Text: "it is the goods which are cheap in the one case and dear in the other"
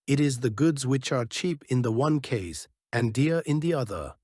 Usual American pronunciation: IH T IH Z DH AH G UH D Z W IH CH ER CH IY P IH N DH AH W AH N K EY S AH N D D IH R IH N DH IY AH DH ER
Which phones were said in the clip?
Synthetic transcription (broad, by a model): IH T IH Z DH AH G UH D Z W IH CH ER CH IY P IH N DH AH W AH N K EY S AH N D D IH R IH N DH IY AH DH ER